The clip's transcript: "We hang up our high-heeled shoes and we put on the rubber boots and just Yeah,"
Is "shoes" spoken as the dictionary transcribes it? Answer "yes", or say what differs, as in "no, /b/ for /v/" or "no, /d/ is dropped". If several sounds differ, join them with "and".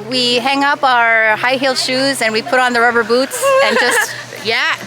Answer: yes